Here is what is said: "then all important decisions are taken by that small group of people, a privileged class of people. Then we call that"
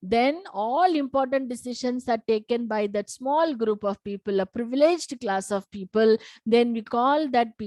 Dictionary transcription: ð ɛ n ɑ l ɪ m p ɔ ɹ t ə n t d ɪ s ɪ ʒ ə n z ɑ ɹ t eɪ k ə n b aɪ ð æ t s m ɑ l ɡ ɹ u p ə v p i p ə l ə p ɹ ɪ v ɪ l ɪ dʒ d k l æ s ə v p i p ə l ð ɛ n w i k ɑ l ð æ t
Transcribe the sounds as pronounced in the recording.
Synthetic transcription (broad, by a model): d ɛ n ɑ l ɪ m p ɔ ɹ t ə n t d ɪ s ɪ ʃ ə n s ɑ ɹ t eɪ k ə n b aɪ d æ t s m ɑ l ɡ ɹ u p ə v p i p ə l ə p ɹ ɪ v ɪ l ɪ dʒ d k l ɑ s ə v p i p ə l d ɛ n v i k ɑ l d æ t